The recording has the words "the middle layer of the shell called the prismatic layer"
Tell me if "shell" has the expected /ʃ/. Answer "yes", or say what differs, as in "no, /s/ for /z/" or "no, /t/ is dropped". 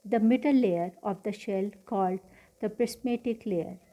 yes